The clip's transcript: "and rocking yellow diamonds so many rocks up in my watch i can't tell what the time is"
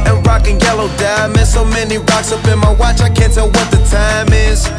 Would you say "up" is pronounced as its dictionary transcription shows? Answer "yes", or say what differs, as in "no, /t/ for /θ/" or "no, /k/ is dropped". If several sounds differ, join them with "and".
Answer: no, /b/ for /p/